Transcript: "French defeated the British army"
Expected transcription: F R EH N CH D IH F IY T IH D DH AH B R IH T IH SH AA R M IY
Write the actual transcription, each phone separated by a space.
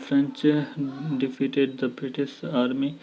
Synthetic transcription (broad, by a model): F R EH N CH D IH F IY T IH D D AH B R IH T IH S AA R M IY